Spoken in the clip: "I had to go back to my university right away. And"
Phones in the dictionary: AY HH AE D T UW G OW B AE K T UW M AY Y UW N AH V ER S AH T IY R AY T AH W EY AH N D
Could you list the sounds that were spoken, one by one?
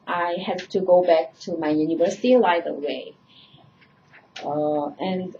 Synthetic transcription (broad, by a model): AY HH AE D T UW G OW B AE K T UW M AY Y UW N AH V ER S AH T IY L AY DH AH W EY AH N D